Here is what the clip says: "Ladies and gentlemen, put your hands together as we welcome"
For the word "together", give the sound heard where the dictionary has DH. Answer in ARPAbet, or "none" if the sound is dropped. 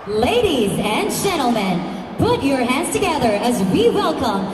DH